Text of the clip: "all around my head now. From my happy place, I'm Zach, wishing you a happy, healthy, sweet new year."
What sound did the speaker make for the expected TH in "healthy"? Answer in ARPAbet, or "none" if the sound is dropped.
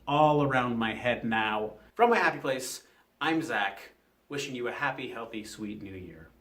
TH